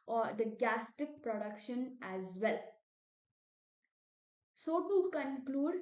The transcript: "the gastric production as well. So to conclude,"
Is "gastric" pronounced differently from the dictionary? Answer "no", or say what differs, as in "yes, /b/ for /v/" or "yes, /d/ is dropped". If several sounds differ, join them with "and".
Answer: yes, /ɹ/ is dropped